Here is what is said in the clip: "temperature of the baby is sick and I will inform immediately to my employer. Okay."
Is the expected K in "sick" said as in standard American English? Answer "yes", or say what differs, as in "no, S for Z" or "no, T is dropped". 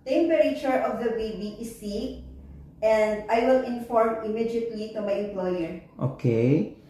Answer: no, K is dropped